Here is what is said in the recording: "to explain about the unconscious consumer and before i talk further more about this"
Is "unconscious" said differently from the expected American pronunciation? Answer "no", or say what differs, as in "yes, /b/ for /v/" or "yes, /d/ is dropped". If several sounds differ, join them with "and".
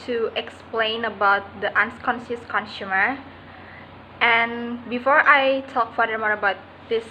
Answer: yes, /s/ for /ʃ/